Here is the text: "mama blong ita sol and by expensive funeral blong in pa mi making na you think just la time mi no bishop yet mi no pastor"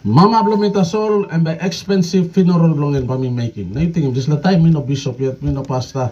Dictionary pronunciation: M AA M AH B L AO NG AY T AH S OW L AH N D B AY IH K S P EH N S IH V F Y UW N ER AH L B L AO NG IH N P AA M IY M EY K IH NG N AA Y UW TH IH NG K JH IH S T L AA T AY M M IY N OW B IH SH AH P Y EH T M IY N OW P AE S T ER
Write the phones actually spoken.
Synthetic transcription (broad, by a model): M AA M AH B L AO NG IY T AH S OW L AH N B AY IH K S P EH N S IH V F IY N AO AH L B L AO NG IH N B AA M IY M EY K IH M N AA Y UW T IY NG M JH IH S L AA T AY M M IY N OW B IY S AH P Y EH T M IY N OW P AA S T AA